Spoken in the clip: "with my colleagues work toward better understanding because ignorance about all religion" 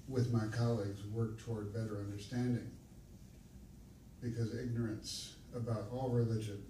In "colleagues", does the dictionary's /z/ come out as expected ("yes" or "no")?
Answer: yes